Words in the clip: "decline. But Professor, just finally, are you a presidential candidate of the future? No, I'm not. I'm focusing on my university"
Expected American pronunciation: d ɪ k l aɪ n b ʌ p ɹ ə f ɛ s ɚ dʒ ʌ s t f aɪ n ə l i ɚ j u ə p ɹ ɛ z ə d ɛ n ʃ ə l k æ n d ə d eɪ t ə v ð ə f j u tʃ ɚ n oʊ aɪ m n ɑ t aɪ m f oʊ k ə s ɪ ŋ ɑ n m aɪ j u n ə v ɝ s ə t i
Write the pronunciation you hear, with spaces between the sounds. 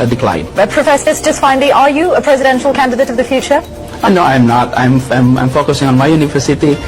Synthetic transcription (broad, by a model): d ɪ k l aɪ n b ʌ p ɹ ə f ɛ s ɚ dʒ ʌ s t f aɪ n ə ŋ ɚ j u ə p ɹ ɛ z ə d ɛ n ʃ ə l k æ n d ə d eɪ t ə v ð ə f j u tʃ ɚ n oʊ aɪ m n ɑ t aɪ m f oʊ k ə s ɪ ŋ ɑ n m aɪ j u n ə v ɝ s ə t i